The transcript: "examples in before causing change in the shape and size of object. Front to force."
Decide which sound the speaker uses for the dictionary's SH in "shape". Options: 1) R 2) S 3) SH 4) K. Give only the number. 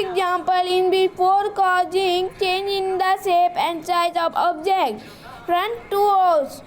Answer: 2